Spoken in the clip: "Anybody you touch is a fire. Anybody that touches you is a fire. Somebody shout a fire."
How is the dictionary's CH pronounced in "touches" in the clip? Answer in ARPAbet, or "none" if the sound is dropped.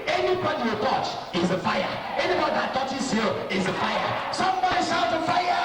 S